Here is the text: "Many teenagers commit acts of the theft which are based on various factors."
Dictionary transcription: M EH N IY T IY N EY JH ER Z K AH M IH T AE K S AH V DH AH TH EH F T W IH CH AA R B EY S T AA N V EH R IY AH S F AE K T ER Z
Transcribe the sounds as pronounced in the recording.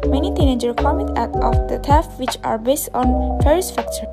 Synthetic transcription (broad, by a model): M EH N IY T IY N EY JH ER K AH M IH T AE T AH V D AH T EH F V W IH CH AA R B EY S T AA N F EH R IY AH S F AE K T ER